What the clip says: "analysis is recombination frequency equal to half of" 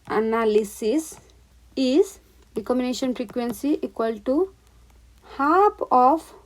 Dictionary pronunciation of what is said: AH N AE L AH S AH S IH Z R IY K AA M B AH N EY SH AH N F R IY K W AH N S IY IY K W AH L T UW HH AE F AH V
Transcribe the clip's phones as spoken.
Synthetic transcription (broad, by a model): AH N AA L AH S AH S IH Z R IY K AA M AH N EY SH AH N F R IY K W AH N S IY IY K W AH L T UW HH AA P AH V